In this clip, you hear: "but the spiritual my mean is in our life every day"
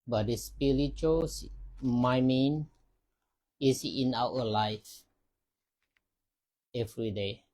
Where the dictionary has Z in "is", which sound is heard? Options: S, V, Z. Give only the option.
S